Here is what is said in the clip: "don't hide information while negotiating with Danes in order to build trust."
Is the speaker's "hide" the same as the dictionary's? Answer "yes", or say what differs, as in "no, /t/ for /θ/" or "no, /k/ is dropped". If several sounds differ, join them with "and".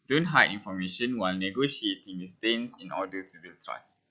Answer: no, /d/ is dropped